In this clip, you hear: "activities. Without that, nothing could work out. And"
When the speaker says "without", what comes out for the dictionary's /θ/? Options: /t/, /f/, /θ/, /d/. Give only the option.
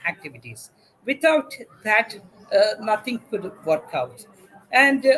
/t/